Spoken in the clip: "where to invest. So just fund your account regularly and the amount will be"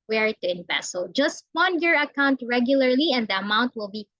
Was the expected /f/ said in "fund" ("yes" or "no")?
no